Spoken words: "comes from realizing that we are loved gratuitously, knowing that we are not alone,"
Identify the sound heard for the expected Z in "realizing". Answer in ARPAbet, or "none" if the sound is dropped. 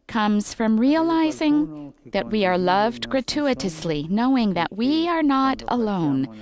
Z